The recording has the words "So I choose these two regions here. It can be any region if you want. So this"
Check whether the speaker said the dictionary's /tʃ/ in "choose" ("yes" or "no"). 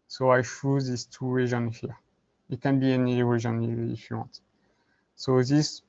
no